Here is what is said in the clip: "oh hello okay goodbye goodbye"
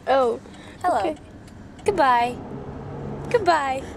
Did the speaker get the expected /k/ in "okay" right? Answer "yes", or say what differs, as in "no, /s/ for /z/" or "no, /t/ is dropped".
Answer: no, /k/ is dropped